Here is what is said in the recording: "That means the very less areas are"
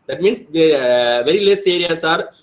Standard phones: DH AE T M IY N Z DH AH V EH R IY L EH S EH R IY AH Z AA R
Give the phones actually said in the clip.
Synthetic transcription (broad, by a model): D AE T M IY N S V V EH R IY L EH S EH R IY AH S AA R